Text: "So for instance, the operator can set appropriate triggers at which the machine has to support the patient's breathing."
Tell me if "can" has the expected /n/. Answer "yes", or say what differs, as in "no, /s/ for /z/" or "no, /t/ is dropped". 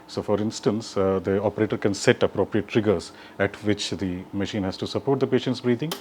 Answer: yes